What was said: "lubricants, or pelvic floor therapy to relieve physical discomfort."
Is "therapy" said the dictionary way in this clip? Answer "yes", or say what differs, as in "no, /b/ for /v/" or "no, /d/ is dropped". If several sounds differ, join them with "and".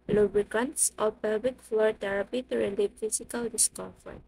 no, /t/ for /θ/